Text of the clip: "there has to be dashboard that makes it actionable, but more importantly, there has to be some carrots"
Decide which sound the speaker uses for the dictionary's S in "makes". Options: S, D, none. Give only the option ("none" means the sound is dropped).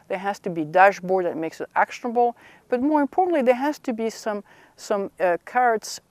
S